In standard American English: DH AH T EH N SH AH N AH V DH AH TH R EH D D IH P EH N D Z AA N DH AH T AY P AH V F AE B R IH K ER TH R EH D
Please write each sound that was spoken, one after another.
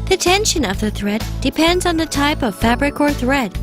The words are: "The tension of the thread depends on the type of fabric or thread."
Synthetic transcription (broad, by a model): DH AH T EH N SH AH N AH V DH AH TH R EH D D IH P EH N D Z N DH AH T AY P AH V F AE B R IH K ER TH R EH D